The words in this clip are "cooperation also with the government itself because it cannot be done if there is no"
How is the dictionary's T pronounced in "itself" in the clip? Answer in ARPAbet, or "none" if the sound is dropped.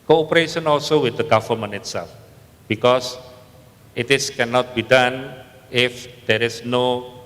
T